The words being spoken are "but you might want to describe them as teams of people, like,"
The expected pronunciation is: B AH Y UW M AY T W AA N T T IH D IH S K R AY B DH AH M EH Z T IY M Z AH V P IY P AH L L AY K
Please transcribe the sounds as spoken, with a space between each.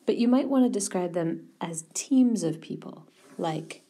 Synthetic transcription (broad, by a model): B AH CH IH M AY T W AA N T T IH D IH S K R AY B DH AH M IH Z T IY M Z AH V P IY P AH L L AY K